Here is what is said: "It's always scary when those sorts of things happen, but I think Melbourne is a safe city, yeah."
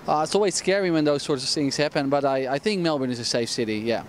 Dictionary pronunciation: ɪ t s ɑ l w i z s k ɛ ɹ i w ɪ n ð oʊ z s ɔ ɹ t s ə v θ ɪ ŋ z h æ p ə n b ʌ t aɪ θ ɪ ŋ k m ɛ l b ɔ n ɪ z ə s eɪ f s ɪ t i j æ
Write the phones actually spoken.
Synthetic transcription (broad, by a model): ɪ t s ɑ l w i z s k ɛ ɹ i w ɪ n ð oʊ z s ɔ ɹ t s ə v θ ɪ ŋ z h æ p ə n b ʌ t aɪ θ ɪ ŋ k m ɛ l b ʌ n ɪ z ə s eɪ f s ɪ t i j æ